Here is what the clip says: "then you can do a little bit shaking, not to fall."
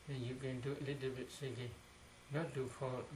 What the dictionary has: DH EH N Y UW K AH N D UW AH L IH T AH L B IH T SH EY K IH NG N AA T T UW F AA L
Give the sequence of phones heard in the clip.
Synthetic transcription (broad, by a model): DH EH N Y UW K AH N D UW AH L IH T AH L B IH T S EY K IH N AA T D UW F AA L